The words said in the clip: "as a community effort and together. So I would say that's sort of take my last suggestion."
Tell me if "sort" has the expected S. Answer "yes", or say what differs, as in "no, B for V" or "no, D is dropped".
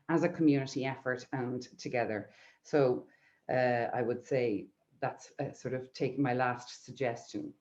yes